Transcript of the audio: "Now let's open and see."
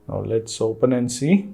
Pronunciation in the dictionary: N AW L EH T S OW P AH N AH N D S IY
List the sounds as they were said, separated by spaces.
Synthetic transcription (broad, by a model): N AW L EH T S OW P AH N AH N S IY